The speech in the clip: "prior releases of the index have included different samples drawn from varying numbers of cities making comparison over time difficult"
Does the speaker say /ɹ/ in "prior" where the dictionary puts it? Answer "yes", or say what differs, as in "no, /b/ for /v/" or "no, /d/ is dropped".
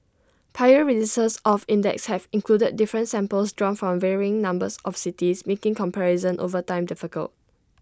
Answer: no, /ɹ/ is dropped